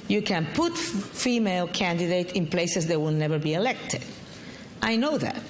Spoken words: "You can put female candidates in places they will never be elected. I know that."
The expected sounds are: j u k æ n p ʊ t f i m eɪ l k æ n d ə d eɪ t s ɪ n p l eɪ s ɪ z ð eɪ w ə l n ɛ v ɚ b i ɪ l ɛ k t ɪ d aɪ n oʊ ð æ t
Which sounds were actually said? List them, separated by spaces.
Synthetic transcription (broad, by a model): j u k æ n p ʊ t f i m eɪ l k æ n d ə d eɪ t ɪ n p l eɪ s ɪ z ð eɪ w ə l n ɛ v ɚ b i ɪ l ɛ k t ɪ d aɪ n oʊ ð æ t